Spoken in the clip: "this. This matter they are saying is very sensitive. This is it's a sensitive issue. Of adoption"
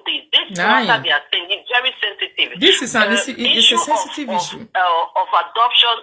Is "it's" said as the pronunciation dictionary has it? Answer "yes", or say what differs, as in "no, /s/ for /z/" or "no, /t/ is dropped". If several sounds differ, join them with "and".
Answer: no, /s/ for /t/